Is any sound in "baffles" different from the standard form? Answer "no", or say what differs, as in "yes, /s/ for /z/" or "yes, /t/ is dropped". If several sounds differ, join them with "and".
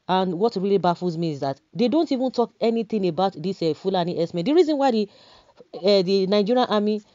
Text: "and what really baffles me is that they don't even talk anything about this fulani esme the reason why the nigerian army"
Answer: yes, /l/ is dropped